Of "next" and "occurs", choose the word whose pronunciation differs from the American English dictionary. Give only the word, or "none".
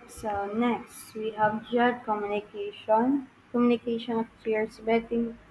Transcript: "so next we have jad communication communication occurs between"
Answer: occurs